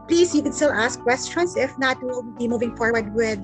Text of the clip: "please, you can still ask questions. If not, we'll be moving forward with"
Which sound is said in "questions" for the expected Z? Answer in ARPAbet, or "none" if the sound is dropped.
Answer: S